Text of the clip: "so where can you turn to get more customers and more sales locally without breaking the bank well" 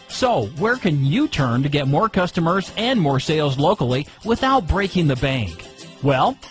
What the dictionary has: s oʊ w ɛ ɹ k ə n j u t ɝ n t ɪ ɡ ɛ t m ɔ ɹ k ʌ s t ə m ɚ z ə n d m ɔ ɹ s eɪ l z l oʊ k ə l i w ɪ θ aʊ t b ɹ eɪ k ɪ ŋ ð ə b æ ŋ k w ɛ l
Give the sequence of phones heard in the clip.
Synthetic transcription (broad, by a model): s oʊ w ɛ ɹ k ə n j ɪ t ɝ n t ɪ ɡ ɛ t m ɔ ɹ k ʌ s t ə m ɚ z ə n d m ɔ ɹ s eɪ l z l oʊ k l i w ɪ θ aʊ t b ɹ eɪ k ɪ ŋ ð ə b æ ŋ k w ɛ l